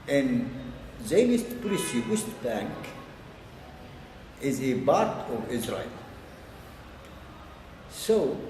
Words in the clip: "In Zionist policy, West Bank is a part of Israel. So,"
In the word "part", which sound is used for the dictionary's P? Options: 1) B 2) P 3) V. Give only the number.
1